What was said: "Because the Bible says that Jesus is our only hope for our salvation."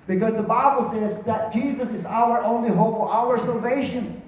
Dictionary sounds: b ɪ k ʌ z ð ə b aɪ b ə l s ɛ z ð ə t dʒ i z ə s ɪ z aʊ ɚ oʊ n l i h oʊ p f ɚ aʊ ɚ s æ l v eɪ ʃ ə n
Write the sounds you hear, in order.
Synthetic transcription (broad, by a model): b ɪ k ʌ z ð ə b aɪ b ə l s ɛ z ð ə t dʒ i z ə s ɪ z aʊ ɚ oʊ n l i h oʊ p f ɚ aʊ ɚ s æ l v eɪ ʃ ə n